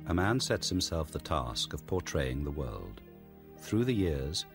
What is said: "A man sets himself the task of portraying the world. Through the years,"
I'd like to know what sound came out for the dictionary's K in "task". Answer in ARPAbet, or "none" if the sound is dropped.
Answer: K